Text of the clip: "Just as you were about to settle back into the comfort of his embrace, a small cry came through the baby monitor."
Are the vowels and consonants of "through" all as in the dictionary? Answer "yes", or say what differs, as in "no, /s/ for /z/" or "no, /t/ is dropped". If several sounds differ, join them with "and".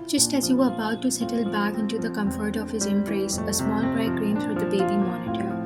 no, /f/ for /θ/